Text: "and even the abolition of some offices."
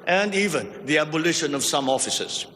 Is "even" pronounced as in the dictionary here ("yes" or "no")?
yes